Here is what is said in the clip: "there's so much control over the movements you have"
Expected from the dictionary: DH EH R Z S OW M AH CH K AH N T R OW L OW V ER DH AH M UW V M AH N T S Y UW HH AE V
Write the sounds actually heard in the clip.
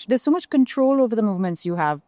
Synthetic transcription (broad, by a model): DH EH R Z S OW M AH CH K AH N T R OW L OW V ER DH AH M UW V M AH N T S Y UW HH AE V